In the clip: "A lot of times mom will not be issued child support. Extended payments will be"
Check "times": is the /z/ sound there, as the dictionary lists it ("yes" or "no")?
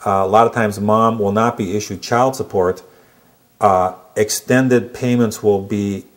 yes